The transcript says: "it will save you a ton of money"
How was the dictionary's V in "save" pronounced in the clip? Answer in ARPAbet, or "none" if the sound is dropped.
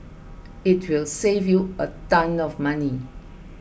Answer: V